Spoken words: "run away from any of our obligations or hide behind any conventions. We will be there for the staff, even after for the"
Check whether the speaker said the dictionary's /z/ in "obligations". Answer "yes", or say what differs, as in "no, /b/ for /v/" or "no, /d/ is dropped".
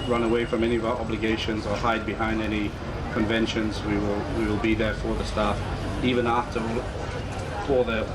yes